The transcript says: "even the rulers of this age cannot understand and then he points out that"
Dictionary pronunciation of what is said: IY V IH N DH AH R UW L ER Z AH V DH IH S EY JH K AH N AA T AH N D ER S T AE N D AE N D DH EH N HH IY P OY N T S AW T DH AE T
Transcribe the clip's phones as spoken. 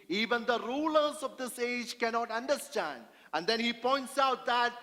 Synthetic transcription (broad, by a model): IY V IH N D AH R UW L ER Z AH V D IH S EY JH K AH N AA T AH N D ER S T AE N D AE N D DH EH N HH IY P OY N T S AW T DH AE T